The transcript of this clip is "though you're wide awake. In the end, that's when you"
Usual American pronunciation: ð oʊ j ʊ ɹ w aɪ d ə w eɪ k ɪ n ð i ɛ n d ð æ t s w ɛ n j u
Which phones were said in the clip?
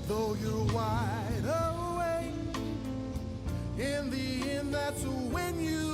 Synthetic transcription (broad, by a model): ð oʊ j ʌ ɹ w aɪ d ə w eɪ ɪ n ð i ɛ n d ð æ t s w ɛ n j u